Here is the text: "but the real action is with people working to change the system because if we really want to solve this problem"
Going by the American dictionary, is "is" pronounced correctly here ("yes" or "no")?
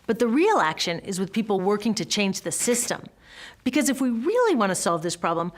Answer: yes